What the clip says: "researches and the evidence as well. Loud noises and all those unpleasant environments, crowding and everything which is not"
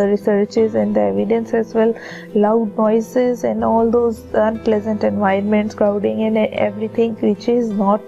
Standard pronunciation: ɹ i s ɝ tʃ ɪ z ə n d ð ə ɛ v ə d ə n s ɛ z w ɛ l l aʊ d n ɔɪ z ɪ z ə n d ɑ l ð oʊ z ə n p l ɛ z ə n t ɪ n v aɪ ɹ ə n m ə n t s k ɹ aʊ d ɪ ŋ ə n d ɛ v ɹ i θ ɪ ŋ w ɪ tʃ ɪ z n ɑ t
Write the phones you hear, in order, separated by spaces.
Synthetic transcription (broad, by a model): ɹ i s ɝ tʃ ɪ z ə n d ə ɛ v ə d ə n s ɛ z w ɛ l l aʊ d n ɔɪ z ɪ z ə n d ɑ l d oʊ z ə n p l ɛ z ə n t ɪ n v aɪ ə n m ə n t s k ɹ aʊ d ɪ ŋ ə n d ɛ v ɹ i t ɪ ŋ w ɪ tʃ ɪ z n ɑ t